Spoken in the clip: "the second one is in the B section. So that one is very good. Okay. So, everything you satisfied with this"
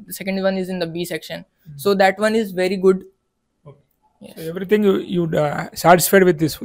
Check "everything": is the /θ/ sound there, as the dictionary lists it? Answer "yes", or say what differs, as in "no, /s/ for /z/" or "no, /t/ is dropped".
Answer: no, /t/ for /θ/